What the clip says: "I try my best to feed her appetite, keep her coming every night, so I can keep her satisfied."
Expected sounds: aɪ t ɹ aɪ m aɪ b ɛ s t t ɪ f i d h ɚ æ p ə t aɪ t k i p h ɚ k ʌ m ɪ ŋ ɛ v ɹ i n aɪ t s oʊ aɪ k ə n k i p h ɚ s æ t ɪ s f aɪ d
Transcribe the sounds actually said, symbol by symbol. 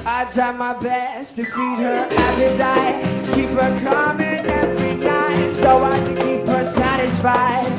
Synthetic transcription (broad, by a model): aɪ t aɪ m aɪ b ɛ s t t ɪ f i d h ɚ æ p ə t aɪ k i p h ɚ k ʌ m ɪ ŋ ɛ v ɹ i n aɪ t s oʊ aɪ k ə n k i p h ɚ s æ t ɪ s f aɪ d